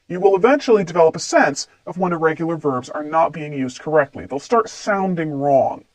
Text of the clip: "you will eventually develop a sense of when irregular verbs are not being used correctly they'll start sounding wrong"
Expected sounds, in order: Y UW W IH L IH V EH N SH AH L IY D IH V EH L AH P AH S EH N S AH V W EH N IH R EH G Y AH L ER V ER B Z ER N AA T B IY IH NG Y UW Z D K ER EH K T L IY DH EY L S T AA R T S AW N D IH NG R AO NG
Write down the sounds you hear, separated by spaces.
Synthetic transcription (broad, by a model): Y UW W IH L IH V EH N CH L IY D IH V EH L AH P AH S EH N S AH V W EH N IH R EH G Y L ER V ER B Z ER N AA T B IY IH NG Y UW Z D K ER EH K T L IY DH EY L S T AA R T S AW N D IH NG R AO NG